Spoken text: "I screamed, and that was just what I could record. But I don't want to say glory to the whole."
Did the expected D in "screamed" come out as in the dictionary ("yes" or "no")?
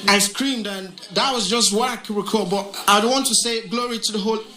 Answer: yes